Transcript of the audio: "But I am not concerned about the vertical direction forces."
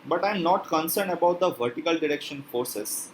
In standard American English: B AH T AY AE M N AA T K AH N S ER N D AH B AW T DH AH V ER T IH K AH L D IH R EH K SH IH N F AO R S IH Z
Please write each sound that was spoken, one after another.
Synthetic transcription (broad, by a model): B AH T AY M N AA T K AH N S ER N D AH B AW T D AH V ER T IH K AH L D IH R EH K SH IH N F AO R S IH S